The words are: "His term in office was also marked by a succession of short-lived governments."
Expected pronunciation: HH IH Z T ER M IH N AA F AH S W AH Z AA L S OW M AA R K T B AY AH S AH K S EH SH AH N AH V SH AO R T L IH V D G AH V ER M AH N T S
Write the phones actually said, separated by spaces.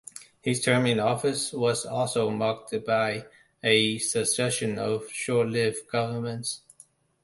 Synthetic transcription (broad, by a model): HH IH Z T ER M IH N AA F AH S W AH Z AA L S OW M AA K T B AY AH S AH S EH SH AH N AH V SH AO R T L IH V G AH V ER M AH N T S